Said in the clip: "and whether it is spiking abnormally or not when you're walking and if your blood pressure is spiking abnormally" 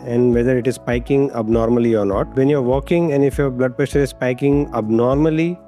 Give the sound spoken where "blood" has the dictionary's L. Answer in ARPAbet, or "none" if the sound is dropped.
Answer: L